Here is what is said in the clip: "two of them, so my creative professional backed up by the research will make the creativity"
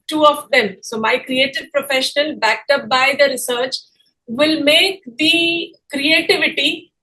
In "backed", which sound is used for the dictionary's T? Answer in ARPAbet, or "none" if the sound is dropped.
T